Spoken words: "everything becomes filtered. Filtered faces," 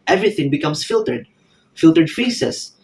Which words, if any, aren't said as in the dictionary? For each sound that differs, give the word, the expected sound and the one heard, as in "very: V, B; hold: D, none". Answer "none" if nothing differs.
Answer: becomes: Z, S